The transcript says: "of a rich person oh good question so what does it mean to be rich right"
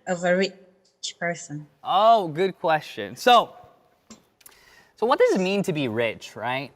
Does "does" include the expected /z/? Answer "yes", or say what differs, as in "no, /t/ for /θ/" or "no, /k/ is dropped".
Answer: yes